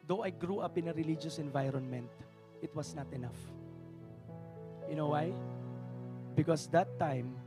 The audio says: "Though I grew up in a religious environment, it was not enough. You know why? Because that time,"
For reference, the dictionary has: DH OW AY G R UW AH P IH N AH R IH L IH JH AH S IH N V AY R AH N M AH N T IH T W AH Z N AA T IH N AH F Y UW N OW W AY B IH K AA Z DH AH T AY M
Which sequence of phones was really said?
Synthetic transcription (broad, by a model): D OW AY G R UW AH P IH N AH R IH L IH JH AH S IH N V AY R AH N M AH N T IH T W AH S N AA T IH N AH F Y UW N OW W AY B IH K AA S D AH T AY M